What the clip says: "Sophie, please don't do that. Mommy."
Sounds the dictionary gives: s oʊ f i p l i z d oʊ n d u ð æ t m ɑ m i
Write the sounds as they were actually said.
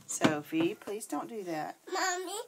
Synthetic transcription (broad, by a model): s oʊ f i p l i z d oʊ n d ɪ ð æ t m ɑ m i